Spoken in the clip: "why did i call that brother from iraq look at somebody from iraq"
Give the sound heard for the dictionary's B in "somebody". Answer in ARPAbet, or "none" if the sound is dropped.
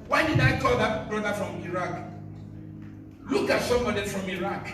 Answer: none